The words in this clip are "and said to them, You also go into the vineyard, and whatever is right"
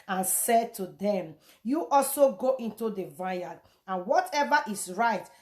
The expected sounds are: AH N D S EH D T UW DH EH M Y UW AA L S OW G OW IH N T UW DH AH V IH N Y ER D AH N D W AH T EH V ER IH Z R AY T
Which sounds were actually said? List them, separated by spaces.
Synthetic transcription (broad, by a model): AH N S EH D T UW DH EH M Y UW AA L S OW G OW IH N T UW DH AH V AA Y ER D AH N W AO T EH V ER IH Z R AY T